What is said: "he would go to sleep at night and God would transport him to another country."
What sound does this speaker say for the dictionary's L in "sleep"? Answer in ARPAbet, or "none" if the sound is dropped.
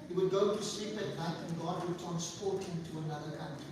L